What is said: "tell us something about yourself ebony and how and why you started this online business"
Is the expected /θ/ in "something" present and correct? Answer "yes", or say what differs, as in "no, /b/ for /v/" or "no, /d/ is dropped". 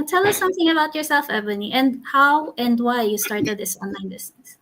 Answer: yes